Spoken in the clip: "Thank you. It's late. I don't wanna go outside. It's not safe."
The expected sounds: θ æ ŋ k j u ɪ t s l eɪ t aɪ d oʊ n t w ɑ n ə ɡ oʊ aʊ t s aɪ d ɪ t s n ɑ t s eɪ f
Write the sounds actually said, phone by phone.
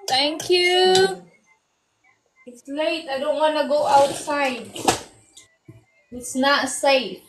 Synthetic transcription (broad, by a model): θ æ ŋ k j u ɪ t s l eɪ t aɪ d oʊ n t w ɑ n ə ɡ oʊ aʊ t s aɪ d ɪ t s n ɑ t s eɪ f